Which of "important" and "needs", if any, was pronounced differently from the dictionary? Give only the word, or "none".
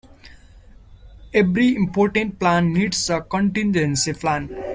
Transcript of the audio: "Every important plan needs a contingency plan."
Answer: needs